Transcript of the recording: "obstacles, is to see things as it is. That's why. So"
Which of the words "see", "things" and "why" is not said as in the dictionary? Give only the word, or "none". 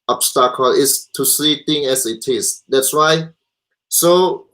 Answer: things